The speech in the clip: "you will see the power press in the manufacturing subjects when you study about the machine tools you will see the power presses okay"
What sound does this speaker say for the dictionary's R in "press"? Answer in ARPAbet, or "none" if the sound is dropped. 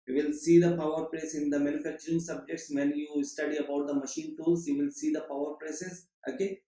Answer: L